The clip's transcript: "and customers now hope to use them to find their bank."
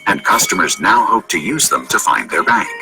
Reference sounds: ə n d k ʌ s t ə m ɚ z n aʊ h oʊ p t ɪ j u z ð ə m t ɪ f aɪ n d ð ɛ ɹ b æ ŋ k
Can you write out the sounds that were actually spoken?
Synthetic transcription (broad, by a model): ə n k ʌ s t ə m ɚ z n aʊ h oʊ p t ɪ j u z ð ə m t ɪ f aɪ n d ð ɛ ɹ b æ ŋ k